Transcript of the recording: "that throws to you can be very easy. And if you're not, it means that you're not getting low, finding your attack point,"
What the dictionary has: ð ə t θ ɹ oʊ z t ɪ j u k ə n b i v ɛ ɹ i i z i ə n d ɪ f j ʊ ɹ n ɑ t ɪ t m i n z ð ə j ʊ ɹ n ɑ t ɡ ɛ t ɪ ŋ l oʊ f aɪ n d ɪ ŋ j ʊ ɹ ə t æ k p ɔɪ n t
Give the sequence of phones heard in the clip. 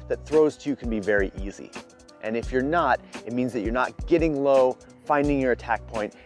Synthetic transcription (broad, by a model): ð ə t θ ɹ oʊ z t ɪ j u k n b i v ɛ ɹ i i z i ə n ɪ f j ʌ ɹ n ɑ t ɪ t m i n z ð ə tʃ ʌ ɹ n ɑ t ɡ ɛ t ɪ ŋ l oʊ f aɪ n d ɪ ŋ j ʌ ɹ ə t æ k p ɔɪ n t